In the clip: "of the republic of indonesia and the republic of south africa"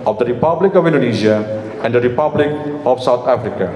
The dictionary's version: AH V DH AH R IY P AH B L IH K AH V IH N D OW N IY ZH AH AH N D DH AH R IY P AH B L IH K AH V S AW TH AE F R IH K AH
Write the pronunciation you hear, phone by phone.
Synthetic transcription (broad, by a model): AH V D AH R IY P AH B L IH K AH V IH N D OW N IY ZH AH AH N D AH R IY P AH B L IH K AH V S AW T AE F R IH K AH